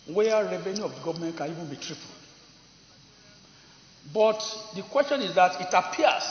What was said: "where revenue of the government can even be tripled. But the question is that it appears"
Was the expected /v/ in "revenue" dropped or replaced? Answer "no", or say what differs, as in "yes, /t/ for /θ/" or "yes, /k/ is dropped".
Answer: no